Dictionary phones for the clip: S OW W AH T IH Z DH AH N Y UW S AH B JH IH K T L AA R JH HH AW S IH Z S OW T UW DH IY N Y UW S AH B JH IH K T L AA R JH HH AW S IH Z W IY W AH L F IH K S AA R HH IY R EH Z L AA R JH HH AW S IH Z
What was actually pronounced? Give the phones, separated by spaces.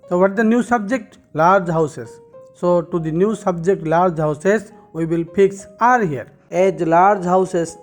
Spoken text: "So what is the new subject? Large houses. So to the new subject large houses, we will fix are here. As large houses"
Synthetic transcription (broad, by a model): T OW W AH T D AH N Y UW S AH B JH IH K T L AA R JH HH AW S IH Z S OW T UW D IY N Y UW S AH B JH IH K T L AA R JH HH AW S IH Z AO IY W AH L P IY K S AA R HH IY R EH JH L AA R JH HH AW S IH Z